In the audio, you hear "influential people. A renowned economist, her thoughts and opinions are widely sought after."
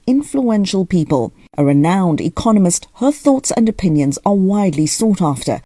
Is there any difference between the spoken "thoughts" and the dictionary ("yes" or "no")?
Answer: no